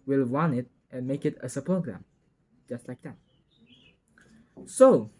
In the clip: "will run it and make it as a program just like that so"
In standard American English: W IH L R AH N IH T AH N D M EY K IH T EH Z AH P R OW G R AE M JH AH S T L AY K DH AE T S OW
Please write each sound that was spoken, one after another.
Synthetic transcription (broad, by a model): W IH L W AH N IH T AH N M EY K IH T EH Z AH P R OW G R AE M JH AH S T L AY K DH AE T S OW